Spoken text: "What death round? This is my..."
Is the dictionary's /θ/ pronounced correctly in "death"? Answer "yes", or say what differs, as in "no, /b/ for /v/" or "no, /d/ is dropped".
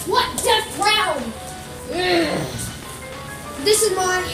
no, /s/ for /θ/